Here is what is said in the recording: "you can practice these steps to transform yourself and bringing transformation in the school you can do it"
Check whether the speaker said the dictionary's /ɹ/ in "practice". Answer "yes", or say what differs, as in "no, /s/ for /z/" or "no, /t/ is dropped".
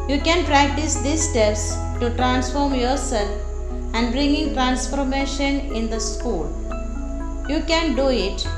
yes